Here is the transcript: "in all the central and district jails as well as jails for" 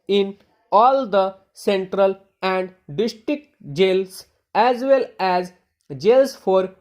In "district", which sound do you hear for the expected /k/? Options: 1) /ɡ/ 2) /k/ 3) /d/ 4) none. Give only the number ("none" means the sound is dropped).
2